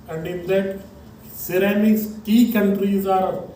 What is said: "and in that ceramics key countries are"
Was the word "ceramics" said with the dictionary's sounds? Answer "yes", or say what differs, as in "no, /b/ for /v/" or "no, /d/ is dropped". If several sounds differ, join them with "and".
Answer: no, /k/ is dropped